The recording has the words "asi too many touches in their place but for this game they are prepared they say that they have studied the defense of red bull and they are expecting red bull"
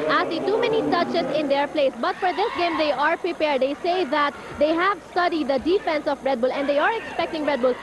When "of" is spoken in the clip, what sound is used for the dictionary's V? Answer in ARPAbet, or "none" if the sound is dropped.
B